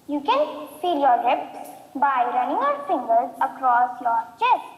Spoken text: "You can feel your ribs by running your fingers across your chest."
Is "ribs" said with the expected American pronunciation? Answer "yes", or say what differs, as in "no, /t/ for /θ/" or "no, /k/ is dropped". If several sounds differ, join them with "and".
no, /l/ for /ɹ/